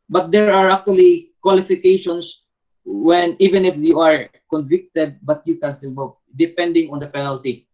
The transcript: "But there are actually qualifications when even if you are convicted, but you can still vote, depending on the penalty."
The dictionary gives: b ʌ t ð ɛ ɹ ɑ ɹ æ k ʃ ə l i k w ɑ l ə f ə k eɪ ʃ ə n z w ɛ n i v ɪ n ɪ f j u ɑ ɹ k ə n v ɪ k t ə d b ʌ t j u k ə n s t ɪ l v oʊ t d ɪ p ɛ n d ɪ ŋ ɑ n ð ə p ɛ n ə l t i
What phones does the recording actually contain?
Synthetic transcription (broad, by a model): b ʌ t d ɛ ɹ ɑ ɹ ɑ k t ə l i k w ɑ l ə f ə k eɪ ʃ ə n s w ɛ n i v ɪ n ɪ f j u ɑ ɹ k ə n v ɪ k t ə d b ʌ t j u k ə n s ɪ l b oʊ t d ɪ p ɛ n d ɪ ŋ ɑ n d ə p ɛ n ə l t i